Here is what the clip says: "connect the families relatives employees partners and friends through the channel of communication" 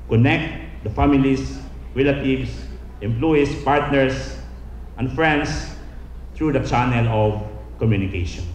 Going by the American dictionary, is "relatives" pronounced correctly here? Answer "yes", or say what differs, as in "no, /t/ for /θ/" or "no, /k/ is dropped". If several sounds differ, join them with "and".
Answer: no, /s/ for /z/